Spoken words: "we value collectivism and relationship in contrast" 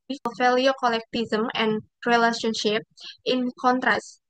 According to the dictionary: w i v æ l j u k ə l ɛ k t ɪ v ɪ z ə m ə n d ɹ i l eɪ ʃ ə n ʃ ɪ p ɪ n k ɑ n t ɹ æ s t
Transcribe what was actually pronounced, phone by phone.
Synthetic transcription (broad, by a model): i f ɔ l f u k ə l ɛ k t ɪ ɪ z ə m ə n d ɹ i l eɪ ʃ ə n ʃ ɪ p ɪ n k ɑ n t ɹ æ s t